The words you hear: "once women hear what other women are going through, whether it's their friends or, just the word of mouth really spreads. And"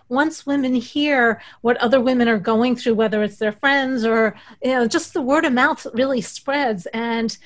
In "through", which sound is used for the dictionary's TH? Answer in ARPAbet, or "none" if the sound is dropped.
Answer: TH